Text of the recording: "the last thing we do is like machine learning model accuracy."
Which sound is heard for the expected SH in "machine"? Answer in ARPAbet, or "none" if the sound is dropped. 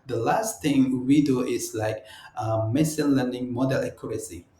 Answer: S